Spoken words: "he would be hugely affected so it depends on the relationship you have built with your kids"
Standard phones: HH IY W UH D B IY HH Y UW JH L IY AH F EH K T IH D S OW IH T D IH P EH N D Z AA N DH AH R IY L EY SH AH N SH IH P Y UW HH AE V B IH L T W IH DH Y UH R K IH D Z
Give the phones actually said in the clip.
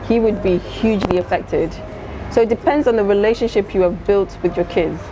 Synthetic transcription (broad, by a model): HH IY W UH D B IY HH Y UW JH L IY AH F EH K T IH D S OW IH T D IH P EH N D Z N DH AH R IY L EY SH AH N SH IH P Y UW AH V B IH L T W IH DH Y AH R K IH D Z